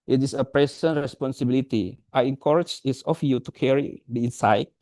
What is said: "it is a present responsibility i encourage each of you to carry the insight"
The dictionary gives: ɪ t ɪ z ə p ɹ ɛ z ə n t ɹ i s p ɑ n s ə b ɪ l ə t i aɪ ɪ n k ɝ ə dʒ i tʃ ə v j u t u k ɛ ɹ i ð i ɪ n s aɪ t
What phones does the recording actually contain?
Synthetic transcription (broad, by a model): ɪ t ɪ s ə p ɹ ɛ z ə n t ɹ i s p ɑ n s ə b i l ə t i aɪ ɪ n k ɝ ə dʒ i s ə f j u t u k ɛ ɹ i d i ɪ n s aɪ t